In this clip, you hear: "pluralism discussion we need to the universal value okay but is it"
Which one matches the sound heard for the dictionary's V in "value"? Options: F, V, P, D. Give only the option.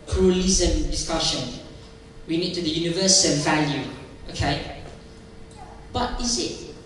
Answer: V